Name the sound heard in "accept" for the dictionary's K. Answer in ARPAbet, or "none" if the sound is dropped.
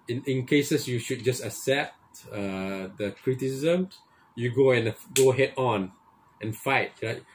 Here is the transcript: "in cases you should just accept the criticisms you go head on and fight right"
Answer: none